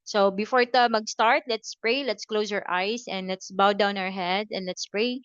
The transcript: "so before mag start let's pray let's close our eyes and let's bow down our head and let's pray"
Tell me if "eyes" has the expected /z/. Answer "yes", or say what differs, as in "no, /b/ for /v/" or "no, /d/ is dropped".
no, /s/ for /z/